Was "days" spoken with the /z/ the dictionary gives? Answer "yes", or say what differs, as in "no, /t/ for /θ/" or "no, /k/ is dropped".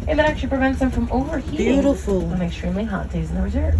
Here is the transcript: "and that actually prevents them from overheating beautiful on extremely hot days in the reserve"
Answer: yes